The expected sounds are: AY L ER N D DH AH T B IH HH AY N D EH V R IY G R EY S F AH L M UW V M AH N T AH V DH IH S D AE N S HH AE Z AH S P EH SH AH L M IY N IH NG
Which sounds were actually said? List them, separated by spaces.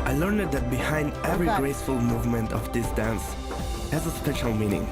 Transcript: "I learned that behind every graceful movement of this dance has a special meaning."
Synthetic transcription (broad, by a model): AY L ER N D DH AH T B IH HH AY N D EH V R IY G R EY S F AH L M UW V M AH N T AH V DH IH S D AE N S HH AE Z AH S P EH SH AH L M IY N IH NG